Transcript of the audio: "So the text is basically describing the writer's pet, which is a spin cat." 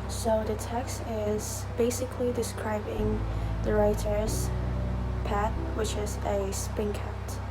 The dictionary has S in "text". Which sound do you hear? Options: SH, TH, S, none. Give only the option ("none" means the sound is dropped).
S